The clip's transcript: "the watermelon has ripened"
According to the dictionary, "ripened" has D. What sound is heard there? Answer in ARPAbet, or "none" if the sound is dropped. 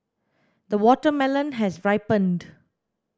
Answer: D